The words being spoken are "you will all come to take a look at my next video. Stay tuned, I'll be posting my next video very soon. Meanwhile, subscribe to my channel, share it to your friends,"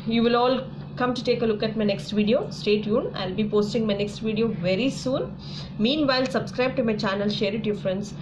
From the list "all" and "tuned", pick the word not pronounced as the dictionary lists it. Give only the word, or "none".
tuned